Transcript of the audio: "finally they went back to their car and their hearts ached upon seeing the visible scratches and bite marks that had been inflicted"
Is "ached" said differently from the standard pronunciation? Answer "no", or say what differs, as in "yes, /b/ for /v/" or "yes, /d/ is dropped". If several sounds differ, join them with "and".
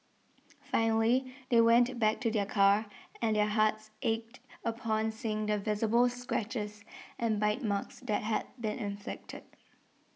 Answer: no